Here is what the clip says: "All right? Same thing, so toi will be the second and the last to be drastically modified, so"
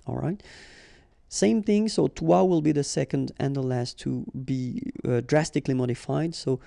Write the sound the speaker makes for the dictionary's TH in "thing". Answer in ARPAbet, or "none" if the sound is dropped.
TH